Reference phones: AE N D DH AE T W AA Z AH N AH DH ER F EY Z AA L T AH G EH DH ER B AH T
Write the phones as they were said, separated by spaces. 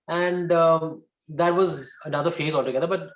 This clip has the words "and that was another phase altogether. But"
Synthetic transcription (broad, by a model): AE N D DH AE T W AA Z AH N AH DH ER F EY Z AA L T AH G EH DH ER B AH T